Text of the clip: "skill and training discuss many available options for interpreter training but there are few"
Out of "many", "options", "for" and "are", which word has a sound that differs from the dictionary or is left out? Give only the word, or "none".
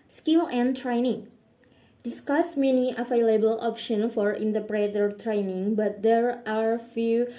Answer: options